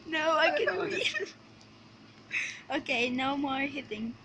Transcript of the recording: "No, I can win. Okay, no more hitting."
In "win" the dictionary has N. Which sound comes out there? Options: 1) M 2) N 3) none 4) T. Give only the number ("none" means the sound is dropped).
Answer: 3